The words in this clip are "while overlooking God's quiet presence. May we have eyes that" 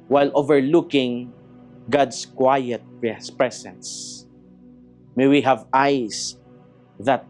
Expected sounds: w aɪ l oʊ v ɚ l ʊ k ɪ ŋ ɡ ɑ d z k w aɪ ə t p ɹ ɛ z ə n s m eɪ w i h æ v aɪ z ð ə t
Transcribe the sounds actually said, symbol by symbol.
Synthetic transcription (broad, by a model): w aɪ l oʊ v ɚ l ʊ k ɪ ŋ ɡ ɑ d s k w aɪ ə t p ɹ ɛ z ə n s m eɪ w i h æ v aɪ s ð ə t